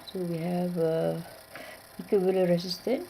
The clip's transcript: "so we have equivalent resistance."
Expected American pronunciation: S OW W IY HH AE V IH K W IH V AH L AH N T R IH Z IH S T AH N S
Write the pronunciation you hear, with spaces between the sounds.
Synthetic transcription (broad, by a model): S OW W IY HH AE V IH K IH B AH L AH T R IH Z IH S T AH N